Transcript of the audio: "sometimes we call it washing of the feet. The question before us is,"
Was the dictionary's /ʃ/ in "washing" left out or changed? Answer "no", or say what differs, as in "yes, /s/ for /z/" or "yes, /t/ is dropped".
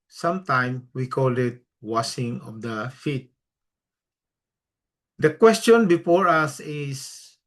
yes, /s/ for /ʃ/